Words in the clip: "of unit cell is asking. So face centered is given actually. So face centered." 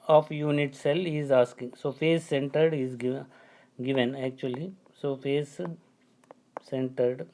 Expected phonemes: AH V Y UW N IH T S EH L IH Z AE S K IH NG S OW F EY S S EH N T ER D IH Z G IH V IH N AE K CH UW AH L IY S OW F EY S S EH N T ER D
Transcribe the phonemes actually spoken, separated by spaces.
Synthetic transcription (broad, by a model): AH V Y UW N IH T S EH L IH Z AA S K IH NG S OW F EY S S EH N T ER D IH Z G IH V IH N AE K CH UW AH L IY S OW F EY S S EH N T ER D